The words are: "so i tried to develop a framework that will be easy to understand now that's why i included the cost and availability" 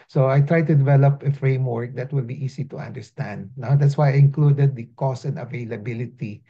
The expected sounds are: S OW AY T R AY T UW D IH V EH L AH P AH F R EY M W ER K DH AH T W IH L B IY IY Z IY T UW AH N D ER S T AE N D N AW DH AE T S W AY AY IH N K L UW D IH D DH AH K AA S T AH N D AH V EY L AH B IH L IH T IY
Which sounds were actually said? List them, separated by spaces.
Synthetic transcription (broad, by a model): S OW AY T R AY T UW D IH V EH L AH P AH F R EY M W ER K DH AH T W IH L B IY IY S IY T UW AH N D ER S T AE N D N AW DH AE T S W AY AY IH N K L UW D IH D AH K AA S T AH N D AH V EY L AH B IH L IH T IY